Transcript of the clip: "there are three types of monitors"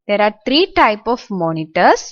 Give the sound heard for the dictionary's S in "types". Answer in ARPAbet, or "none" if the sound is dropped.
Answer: none